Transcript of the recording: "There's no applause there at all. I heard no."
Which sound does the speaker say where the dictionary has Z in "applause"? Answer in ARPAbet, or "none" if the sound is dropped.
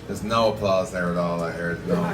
Z